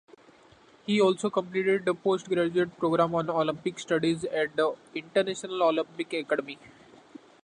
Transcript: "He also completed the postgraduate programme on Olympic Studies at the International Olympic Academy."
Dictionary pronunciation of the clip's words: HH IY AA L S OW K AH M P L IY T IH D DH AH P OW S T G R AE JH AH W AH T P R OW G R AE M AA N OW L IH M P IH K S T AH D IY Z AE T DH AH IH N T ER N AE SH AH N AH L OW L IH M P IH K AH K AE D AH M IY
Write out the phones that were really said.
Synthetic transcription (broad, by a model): HH IY AA L S OW K AH M P L IY T IH D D AH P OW S T G R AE JH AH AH T P R OW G R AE M AA N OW L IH M P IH K S T AH D IY Z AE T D AH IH N T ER N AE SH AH N AH L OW L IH M P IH K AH K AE D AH M IY